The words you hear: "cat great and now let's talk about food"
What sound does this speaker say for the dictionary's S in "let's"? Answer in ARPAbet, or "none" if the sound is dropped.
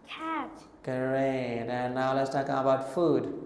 S